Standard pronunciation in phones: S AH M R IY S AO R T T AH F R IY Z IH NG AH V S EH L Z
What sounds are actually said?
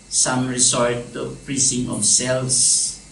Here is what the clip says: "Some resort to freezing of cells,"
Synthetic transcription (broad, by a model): S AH M R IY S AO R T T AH P R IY S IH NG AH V S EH L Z